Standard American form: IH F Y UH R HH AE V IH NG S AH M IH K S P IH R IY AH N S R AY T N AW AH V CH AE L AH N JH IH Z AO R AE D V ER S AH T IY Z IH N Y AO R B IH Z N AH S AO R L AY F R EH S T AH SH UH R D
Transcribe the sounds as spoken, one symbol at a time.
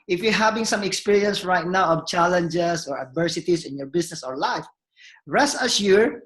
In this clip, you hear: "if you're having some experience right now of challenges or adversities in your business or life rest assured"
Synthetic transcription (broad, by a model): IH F Y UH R HH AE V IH NG S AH M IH K S P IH R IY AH N S R AY T N AW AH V CH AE L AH N JH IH S AO R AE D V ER S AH T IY S IH N Y AO R B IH S N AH S AO R L AY F R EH S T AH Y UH R